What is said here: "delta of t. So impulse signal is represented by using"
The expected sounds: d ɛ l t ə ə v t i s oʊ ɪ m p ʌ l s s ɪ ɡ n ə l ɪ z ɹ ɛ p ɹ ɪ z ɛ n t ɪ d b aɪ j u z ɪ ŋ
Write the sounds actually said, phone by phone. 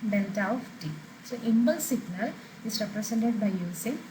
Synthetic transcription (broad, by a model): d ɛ l t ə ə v t i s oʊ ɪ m b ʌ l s s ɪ ɡ n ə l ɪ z ɹ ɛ p ɹ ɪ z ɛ n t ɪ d b aɪ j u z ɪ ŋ